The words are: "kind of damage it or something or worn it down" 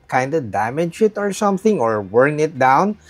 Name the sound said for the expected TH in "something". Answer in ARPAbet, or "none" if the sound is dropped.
TH